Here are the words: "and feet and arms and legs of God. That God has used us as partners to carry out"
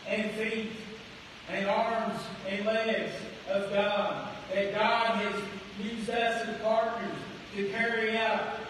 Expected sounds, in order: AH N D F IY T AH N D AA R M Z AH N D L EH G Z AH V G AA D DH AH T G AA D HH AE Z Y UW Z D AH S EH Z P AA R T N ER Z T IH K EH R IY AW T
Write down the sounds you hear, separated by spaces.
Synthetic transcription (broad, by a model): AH N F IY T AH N AA R M Z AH N L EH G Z AH V G AA D DH AH T G AA D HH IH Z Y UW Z AH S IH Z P AA R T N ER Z T IH K EH R IY AW T